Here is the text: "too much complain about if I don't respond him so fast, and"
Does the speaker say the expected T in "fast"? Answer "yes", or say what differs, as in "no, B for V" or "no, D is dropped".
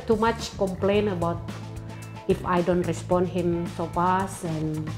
no, T is dropped